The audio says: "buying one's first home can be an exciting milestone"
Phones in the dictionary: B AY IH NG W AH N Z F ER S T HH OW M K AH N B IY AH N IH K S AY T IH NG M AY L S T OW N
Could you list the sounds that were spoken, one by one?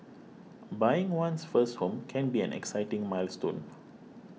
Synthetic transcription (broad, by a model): B AY IH NG W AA N S F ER S T HH OW M K AH N B IY AH N IH K S AY T IH NG M AY L S T OW N